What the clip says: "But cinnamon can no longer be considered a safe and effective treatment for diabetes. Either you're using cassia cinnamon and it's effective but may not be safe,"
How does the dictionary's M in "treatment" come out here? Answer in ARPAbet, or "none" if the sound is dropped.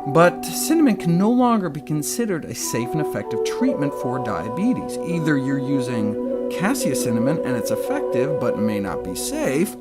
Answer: M